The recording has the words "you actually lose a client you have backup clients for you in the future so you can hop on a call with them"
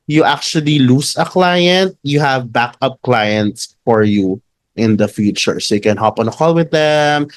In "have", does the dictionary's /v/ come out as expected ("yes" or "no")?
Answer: yes